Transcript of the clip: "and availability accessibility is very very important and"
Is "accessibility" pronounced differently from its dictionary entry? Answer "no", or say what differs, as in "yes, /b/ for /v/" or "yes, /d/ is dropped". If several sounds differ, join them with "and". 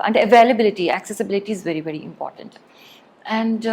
no